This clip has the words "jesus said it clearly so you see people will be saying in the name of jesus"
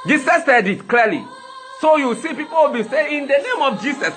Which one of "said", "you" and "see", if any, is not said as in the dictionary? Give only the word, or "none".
none